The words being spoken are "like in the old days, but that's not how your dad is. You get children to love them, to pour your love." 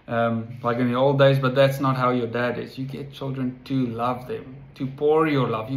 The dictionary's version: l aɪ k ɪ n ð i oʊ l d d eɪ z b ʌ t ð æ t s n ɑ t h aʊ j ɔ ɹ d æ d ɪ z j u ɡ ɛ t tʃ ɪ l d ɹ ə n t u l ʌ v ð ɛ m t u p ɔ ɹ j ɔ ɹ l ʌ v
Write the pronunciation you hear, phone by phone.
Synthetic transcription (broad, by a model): l aɪ k ɪ n ð i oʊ l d d eɪ z b ʌ t ð æ t s n ɑ t h aʊ j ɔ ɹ d æ d ɪ z j u ɡ ɛ t tʃ ɪ l d ɹ ə n t u l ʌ v ð ɛ m t u p ɔ ɹ j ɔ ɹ l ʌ v